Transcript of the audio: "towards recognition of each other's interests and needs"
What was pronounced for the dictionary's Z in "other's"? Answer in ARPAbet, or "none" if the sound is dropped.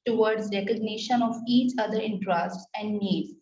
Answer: none